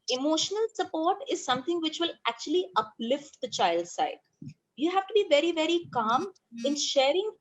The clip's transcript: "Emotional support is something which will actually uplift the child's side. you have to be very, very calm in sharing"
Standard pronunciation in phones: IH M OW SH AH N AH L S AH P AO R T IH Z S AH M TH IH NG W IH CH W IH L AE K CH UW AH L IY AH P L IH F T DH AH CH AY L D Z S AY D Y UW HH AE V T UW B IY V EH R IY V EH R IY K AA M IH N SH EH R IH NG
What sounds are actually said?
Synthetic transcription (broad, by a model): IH M OW SH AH N AH L S AH P AO R T IH Z S AH M T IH NG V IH CH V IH L AE K CH UW AH L IY AH P L IH F T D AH CH AY L D S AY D Y UW HH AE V T UW B IY V EH R IY V EH R IY K AA M IH N SH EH R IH NG